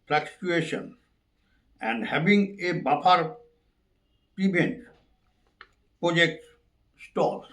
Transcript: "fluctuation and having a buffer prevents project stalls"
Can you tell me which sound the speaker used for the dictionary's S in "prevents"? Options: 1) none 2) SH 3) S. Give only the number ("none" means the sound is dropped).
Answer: 1